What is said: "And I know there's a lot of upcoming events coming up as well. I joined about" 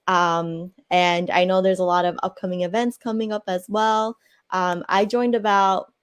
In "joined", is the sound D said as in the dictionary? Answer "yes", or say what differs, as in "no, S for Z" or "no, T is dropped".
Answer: yes